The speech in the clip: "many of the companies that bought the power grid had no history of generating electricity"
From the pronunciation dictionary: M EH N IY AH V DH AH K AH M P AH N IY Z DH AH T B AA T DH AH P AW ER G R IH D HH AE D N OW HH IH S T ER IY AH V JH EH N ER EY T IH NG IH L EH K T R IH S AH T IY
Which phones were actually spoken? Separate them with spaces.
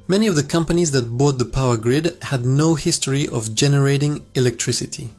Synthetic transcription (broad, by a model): M EH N IY AH V DH AH K AH M P AH N IY Z DH AH T B AA T DH AH P AW ER G R IH D HH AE D N OW HH IH S T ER IY AH V JH EH N ER EY T IH NG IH L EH K T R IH S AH T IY